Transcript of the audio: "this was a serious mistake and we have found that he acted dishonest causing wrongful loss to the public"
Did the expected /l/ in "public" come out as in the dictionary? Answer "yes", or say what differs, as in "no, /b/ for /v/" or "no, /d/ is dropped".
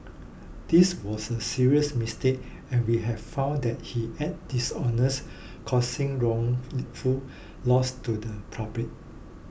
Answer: no, /l/ is dropped